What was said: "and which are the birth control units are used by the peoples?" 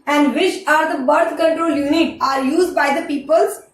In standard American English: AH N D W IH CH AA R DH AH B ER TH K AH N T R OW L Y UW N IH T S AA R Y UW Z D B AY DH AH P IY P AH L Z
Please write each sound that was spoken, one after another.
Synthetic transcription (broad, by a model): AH N D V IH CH AA R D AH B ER T K AH N T R OW L Y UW N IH T AA R Y UW Z D B AY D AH P IY P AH L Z